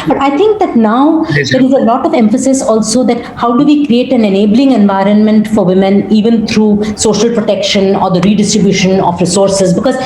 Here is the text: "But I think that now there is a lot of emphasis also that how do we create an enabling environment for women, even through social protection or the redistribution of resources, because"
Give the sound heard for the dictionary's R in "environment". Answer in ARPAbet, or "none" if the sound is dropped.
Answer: R